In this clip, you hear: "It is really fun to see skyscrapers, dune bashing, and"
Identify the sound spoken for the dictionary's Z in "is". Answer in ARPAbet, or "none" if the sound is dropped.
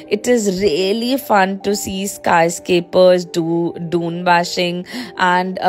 Z